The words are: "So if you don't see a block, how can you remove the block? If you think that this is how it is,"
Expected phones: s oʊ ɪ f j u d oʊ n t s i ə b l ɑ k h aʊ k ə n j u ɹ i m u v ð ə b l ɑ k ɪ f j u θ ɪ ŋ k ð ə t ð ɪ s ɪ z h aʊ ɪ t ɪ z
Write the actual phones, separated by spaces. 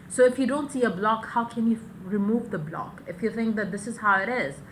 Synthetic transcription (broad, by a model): s oʊ ɪ f j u d oʊ n t s i ə b l ɑ k h aʊ k ə n j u ɹ i m u v ð ə b l ɑ k ɪ f j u θ ɪ ŋ k ð ə t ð ɪ s ɪ z h aʊ ɪ t ɪ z